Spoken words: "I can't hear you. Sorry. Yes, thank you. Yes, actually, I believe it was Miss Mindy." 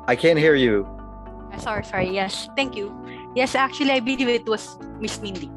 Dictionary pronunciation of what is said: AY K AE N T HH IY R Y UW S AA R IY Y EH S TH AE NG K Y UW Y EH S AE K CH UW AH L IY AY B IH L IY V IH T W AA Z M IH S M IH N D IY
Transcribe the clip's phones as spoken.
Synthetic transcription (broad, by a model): AY K AE N T HH IY R Y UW S AA R IY Y EH S T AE NG K Y UW Y EH S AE K CH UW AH L IY AY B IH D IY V IH T W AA S M IH S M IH N D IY